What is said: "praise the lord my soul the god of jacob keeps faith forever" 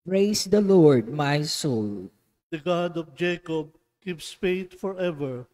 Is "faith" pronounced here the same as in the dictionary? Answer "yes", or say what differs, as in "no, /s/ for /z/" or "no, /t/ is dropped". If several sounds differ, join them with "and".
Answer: no, /t/ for /θ/